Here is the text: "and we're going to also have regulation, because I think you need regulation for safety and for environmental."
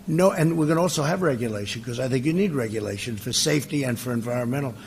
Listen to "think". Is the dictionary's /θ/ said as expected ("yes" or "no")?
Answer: yes